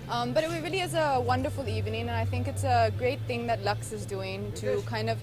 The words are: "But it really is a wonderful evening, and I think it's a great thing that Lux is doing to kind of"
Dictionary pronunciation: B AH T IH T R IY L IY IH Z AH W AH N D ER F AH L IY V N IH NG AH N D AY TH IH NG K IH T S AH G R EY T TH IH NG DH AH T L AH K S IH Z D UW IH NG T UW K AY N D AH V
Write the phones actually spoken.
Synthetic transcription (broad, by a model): B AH T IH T R IY L IY IH Z AH W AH N D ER F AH L IY V N IH NG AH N AY TH IH NG K IH T S AH G R EY T TH IH NG DH AH T L AH K S IH Z D UW IH NG T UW K AY N D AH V